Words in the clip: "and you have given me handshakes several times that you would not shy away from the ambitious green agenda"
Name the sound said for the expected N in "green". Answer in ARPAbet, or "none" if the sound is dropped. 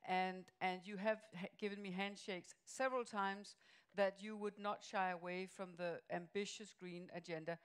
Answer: N